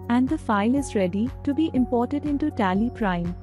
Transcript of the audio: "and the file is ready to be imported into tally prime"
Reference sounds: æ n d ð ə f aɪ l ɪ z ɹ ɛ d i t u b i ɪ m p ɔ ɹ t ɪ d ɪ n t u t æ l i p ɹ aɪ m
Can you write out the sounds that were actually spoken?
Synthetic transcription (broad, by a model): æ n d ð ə f aɪ l ɪ z ɹ ɛ d i t u b i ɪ m p ɔ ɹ t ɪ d ɪ n t u t æ l i p ɹ aɪ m